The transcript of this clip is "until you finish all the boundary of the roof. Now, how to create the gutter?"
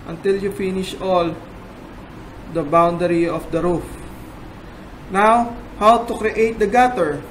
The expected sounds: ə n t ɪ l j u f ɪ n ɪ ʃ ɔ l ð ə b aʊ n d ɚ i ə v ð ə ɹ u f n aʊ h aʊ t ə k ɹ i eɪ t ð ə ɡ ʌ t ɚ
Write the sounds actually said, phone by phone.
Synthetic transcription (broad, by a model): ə n t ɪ l j u f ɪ n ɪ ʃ ɔ l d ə b aʊ n d ɚ i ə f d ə ɹ u f n aʊ h aʊ t ə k ɹ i eɪ t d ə ɡ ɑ t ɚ